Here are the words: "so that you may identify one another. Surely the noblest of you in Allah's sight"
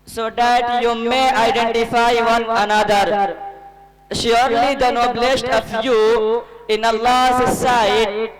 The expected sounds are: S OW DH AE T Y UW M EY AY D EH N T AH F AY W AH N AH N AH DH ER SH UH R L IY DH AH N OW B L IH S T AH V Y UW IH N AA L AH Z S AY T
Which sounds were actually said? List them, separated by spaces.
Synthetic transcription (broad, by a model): S OW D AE T Y UW M EY AY D EH N T AH F AY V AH N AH N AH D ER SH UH R L IY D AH N OW B L IH S T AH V Y UW IH N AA L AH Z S AY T